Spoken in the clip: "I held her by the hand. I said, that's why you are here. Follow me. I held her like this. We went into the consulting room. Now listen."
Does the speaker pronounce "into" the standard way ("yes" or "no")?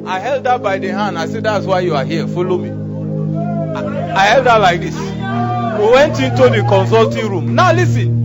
yes